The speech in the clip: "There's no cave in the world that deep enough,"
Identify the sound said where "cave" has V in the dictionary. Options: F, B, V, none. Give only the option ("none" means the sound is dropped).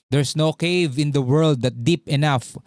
V